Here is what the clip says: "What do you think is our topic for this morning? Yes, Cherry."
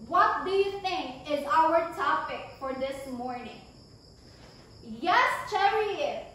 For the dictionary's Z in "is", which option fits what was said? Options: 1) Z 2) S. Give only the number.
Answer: 1